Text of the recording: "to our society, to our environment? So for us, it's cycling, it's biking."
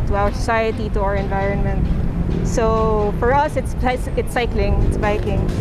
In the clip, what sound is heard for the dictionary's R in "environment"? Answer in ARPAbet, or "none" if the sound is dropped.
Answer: R